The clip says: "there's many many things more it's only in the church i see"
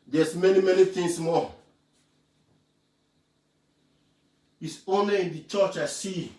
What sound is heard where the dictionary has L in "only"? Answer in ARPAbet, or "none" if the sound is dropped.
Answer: none